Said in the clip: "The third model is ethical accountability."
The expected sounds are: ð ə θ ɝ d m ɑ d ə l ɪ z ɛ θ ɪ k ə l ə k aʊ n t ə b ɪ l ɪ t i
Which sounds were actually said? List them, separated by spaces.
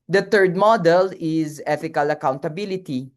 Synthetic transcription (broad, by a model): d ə t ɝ d m ɑ d ə l ɪ z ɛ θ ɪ k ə l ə k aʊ n t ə b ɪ l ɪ t i